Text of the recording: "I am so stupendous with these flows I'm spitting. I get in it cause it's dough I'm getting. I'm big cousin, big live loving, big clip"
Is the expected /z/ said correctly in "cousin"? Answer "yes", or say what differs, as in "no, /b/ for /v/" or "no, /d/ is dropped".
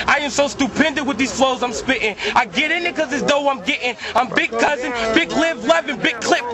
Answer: yes